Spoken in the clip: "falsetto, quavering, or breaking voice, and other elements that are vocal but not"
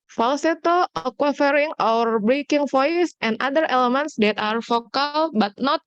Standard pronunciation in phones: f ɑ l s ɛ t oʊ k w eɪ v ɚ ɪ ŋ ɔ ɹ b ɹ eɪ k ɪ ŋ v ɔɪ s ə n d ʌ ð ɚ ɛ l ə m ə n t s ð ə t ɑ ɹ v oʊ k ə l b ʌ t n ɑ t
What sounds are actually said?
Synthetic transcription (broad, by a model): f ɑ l s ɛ t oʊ k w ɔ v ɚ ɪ ŋ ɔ w b ɹ eɪ k ɪ ŋ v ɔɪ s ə n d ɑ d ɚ ɛ l ə m ə n t s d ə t ɑ ɹ f oʊ k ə l b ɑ t n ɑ t